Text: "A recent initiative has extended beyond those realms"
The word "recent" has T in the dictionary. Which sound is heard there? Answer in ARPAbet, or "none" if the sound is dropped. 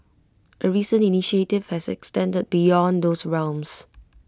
none